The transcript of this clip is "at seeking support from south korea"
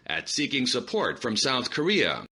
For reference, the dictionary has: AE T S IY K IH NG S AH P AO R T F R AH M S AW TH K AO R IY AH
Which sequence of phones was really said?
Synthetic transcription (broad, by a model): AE T S IY K IH NG S AH P AO R T F R AH M S AW TH K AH R IY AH